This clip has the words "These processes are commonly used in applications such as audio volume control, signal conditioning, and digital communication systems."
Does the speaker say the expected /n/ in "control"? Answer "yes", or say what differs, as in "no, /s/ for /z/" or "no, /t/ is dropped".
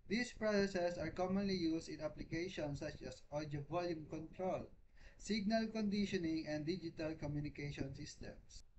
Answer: yes